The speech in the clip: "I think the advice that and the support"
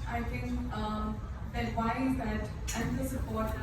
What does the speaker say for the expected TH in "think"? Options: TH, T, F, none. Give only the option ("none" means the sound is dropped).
T